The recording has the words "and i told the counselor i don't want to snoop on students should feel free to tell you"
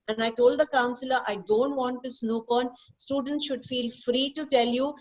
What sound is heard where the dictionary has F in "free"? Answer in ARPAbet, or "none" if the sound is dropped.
F